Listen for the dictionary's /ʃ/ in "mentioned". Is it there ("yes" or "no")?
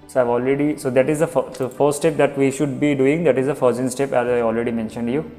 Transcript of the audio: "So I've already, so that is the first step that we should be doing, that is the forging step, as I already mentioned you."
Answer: yes